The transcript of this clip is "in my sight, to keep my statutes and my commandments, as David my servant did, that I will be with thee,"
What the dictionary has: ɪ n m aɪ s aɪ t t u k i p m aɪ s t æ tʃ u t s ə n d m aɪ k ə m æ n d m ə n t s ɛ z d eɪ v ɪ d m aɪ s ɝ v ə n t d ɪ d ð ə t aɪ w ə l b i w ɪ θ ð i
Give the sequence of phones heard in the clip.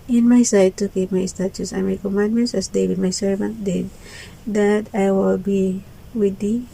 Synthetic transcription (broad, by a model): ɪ n m aɪ s aɪ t t u k i p m aɪ s t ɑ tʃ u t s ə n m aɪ k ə m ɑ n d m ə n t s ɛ s d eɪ w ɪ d m aɪ s ɝ v ə n t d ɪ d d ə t aɪ w ə l b i w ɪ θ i